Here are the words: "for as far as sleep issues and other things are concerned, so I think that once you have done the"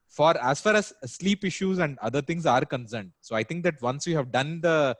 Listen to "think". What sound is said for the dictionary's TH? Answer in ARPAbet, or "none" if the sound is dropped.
T